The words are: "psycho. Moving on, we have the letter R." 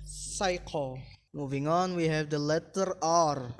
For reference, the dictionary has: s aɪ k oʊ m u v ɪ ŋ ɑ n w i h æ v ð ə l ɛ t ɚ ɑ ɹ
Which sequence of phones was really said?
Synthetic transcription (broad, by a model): s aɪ k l m u v ɪ ŋ ɑ n w i h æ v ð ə l ɛ t ɚ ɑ ɹ